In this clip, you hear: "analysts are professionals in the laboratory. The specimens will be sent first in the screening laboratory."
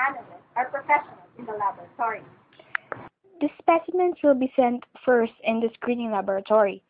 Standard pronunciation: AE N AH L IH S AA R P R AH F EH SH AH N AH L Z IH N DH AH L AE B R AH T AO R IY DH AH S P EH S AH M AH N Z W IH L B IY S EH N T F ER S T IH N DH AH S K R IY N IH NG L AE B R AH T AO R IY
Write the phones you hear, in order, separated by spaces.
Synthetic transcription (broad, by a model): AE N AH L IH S AA R P R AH F EH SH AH N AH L IH N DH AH L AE B R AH T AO R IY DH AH S P EH S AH M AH N S W IH L B IY S EH N T F ER S T IH N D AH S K R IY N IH NG L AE B R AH T AO R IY